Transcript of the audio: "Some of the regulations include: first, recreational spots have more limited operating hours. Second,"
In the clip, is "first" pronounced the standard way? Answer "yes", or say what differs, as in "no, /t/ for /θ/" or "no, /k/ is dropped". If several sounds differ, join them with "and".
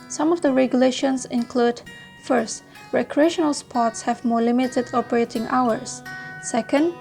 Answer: yes